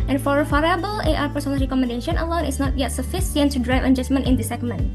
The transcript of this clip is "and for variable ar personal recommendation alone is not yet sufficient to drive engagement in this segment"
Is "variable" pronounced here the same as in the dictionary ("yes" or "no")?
no